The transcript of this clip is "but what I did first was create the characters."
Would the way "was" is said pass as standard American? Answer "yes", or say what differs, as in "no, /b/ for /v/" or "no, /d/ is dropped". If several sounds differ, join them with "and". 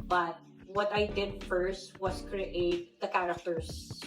no, /s/ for /z/